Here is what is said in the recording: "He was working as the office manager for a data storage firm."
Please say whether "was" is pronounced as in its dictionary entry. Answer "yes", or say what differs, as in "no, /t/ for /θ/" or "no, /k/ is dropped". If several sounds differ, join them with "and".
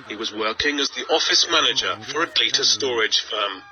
yes